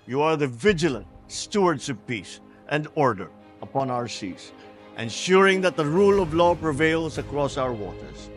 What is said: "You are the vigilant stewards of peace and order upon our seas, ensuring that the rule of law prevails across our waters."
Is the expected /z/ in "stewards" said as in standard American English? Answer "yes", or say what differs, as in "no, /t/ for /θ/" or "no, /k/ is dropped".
no, /s/ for /z/